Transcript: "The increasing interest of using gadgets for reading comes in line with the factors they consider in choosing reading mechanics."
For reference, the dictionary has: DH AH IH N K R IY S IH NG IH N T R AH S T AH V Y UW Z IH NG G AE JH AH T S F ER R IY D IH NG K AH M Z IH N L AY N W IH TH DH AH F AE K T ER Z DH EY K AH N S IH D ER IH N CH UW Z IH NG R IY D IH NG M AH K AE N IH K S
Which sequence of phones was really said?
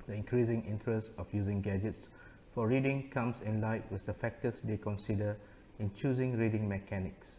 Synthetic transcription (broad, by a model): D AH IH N K R IY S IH NG IH N T R AH S T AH F Y UW Z IH NG G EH JH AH T S F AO R IY D IH NG K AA M S IH N L AY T W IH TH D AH F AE K T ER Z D EY K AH N S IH D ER IH N CH UW Z IH NG R IY D IH NG M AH K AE N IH K S